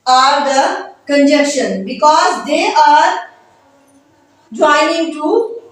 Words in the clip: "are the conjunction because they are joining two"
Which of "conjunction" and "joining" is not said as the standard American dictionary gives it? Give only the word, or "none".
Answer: conjunction